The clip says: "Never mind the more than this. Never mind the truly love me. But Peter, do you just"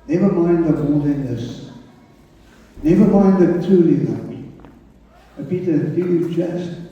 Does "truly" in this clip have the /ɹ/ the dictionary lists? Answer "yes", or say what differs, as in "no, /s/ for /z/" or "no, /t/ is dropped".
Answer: no, /ɹ/ is dropped